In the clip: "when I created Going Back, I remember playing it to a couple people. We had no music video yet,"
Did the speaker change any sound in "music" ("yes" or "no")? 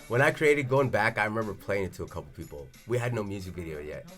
no